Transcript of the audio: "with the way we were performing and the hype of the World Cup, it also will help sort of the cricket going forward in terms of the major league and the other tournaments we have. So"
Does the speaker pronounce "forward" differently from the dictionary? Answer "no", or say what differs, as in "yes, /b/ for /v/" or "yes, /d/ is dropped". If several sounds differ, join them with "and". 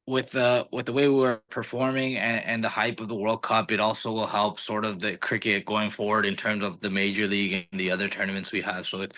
no